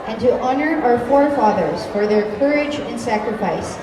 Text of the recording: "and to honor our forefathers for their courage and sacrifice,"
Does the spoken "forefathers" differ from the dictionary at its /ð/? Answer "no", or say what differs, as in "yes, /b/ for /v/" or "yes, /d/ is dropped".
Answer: no